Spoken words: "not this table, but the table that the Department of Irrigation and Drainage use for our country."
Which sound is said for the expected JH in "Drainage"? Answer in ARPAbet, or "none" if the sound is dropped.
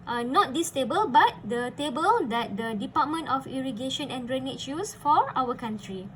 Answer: CH